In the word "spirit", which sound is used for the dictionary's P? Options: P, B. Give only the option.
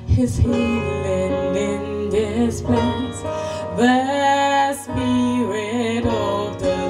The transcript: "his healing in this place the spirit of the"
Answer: B